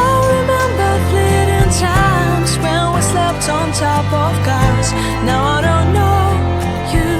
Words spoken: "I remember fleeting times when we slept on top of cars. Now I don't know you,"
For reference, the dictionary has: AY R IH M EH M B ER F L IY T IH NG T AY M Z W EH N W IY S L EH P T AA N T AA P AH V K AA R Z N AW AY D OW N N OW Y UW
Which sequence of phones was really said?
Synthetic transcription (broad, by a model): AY R IH M EH M B ER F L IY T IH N T AY M Z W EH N W IY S L EH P T N T AA P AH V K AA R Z N AW AY D OW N N OW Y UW